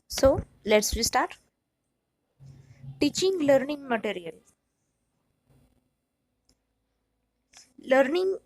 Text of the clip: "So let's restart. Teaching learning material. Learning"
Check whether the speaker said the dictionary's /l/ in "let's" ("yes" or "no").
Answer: yes